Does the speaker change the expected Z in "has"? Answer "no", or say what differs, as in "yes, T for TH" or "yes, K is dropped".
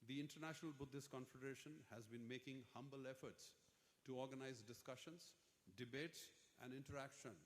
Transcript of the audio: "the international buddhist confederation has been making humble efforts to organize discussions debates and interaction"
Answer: no